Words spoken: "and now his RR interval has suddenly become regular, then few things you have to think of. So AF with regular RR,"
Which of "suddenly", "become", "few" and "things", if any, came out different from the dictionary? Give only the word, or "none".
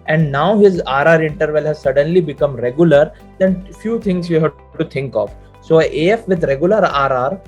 things